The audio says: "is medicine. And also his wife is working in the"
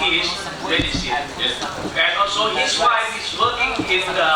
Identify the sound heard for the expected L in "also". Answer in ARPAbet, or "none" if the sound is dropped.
L